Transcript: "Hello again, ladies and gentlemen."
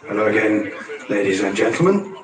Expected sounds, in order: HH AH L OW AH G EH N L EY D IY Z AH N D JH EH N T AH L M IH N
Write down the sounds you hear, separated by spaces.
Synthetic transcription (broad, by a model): HH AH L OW AH G EH N L EY D IY Z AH N JH EH N T L M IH N